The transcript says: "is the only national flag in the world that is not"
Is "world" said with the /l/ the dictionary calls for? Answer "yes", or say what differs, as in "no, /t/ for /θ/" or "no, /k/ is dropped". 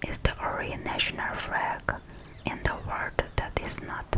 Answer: no, /l/ is dropped